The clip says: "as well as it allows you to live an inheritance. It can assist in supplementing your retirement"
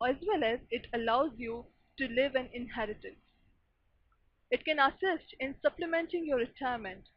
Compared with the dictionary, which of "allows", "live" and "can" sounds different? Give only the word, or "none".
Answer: none